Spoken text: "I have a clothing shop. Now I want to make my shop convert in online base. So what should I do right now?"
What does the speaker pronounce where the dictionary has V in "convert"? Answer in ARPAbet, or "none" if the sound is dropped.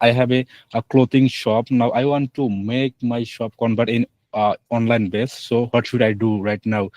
B